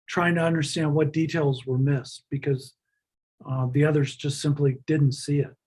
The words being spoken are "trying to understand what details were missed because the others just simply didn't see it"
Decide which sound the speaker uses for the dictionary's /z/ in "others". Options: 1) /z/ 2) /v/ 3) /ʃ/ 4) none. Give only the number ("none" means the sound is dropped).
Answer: 1